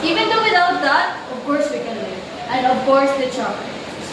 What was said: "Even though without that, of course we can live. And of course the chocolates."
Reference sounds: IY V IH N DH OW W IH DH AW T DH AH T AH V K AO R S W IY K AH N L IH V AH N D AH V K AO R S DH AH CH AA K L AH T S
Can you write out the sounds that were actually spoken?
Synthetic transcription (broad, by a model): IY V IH N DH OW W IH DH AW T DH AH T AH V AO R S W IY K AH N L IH AH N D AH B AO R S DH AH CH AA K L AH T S